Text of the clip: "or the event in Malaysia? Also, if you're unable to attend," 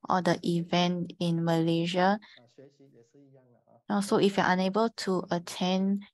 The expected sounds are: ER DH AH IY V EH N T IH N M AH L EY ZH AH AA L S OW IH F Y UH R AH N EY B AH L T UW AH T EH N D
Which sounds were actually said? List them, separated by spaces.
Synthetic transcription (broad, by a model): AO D AH IY V EH N T IH N M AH L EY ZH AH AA S OW IH F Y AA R AH N EY B AH L T UW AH T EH N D